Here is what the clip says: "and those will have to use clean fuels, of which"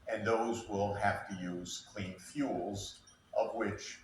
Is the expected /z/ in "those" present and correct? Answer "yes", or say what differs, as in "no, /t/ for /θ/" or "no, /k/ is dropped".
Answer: yes